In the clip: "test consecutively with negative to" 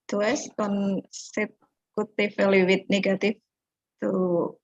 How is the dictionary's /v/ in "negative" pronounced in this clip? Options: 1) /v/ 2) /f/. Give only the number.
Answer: 2